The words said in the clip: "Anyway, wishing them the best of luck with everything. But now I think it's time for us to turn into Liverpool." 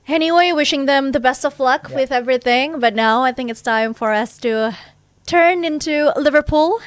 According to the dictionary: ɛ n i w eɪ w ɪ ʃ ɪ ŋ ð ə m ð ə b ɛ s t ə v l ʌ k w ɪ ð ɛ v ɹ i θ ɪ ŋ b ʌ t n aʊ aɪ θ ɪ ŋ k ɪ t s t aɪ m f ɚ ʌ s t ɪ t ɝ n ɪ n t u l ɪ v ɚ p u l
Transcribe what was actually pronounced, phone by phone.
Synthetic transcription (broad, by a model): ɛ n i w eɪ w ɪ ʃ ɪ ŋ ð ə m ð ə b ɛ s t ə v l ʌ k w ɪ ð ɛ v ɹ i θ ɪ ŋ b ʌ t n aʊ aɪ θ ɪ ŋ k ɪ t s t aɪ m f ɚ ʌ s t ɪ t ɝ n ɪ n t u l ɪ v ɚ p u l